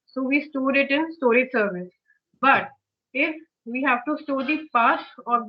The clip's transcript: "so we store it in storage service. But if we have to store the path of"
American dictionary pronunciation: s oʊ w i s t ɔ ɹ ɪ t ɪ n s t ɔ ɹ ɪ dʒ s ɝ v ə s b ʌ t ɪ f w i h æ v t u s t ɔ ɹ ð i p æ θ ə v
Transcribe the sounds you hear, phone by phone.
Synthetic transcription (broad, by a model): s oʊ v i s t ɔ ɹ ɪ t ɪ n s t ɔ ɹ ɪ dʒ s ɝ v ə s b ʌ t ɪ f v i h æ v t u s t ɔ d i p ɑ s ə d